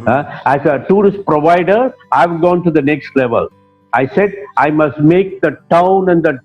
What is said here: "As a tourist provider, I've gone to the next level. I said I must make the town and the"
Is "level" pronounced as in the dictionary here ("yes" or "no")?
yes